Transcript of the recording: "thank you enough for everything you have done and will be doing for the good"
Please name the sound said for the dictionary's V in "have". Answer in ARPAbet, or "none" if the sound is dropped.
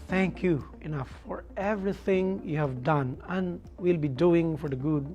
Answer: V